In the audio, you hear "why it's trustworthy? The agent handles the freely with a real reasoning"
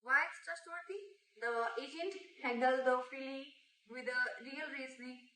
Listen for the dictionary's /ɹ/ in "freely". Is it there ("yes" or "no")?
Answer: no